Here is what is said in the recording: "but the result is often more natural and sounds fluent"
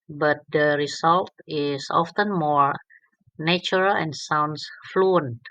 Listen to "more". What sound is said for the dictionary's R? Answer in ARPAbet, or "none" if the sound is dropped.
R